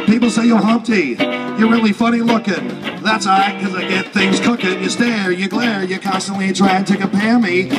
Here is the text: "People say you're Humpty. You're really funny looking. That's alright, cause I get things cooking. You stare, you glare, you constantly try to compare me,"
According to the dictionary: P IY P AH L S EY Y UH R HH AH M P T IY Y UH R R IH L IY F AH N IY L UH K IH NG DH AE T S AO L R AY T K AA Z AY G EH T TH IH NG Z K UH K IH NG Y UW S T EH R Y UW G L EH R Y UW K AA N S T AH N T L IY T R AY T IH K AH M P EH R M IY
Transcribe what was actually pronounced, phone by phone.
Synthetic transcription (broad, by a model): P IY P L S EY Y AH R HH AH M P T IY Y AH R R IH L IY F AH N IY L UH K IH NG DH AE T S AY K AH Z AY G EH T TH IH NG Z K UH K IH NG Y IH S T EH R Y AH G L EH R Y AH K AA N S T AH N T L IY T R AY T IH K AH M P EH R M IY